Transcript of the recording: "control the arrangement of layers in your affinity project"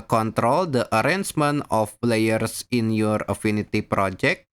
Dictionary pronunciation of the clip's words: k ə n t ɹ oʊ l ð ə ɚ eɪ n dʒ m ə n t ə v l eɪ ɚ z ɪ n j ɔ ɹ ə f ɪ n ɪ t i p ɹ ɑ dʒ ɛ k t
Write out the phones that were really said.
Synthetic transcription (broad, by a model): k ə n t ɹ oʊ l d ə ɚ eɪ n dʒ m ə n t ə p l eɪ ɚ s ɪ n j ɔ ɹ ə f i n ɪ t i p ɹ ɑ dʒ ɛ k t